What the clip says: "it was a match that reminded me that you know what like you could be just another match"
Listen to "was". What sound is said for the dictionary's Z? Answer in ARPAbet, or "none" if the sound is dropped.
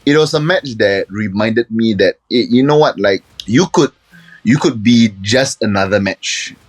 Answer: S